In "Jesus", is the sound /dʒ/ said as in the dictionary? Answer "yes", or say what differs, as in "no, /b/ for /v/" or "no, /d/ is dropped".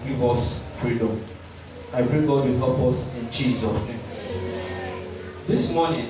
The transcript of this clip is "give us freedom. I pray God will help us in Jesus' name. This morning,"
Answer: no, /tʃ/ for /dʒ/